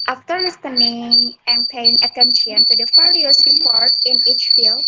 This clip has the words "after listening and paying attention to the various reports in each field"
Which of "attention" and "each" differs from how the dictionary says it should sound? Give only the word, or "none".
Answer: none